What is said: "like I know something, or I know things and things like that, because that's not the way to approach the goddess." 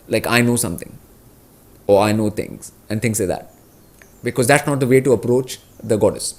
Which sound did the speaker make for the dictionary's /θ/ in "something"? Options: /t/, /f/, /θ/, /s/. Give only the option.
/t/